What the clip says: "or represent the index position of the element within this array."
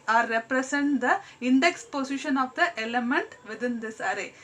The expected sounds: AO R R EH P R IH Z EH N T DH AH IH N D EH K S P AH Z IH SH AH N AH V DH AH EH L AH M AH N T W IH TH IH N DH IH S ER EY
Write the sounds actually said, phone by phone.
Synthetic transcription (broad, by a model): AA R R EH P R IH S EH N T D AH IH N D EH K S P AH S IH SH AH N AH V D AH EH L AH M AH N T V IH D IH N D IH S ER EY